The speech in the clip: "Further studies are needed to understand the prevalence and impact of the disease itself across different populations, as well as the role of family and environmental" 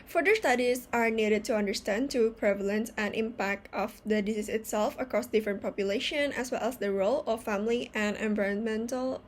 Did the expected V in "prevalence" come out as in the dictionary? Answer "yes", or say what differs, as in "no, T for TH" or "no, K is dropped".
yes